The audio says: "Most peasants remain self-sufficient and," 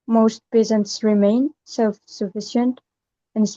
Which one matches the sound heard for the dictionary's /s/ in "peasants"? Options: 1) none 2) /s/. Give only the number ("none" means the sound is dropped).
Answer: 2